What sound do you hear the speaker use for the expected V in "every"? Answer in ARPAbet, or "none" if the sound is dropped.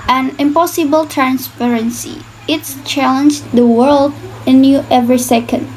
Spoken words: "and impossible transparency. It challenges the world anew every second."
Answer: V